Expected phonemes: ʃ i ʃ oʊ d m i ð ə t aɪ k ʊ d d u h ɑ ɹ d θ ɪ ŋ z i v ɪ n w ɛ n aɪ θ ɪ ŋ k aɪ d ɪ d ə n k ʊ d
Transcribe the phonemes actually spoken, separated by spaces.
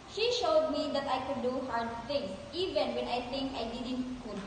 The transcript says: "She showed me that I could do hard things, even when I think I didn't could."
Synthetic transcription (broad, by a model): ʃ i ʃ oʊ d m i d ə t aɪ k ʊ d d u h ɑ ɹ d t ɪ ŋ s i v ɪ n w ɛ n aɪ t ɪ ŋ k aɪ d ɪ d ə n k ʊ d